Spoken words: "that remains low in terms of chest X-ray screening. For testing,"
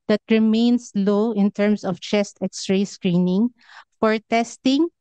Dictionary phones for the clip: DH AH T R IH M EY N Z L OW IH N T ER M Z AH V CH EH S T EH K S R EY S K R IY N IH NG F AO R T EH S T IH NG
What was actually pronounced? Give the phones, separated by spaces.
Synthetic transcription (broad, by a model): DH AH T R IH M EY N S L OW IH N T ER M S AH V CH EH S T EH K S R EY S K R IY N IH NG F AO R T EH S T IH NG